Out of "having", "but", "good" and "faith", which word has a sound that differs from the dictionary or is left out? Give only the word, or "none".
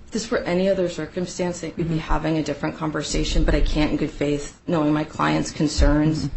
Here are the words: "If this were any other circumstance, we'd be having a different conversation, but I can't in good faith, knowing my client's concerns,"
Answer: none